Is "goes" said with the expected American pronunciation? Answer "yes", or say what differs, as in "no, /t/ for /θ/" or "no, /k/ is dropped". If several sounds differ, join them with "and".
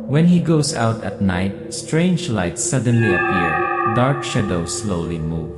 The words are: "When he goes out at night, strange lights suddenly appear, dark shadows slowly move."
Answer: no, /s/ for /z/